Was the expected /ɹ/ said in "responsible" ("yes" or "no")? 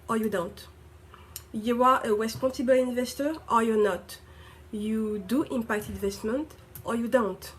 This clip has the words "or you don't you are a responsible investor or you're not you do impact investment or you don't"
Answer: no